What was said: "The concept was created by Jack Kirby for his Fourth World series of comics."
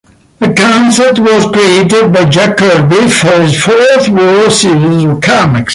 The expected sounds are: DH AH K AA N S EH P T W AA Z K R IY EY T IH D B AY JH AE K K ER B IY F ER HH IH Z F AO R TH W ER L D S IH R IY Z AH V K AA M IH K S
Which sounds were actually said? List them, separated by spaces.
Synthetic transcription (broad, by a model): DH AH K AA N S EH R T W AA Z K R IY EY T IH D B AY JH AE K K ER B IY F ER HH IH Z F AO R TH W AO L S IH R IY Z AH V K AA M IH K S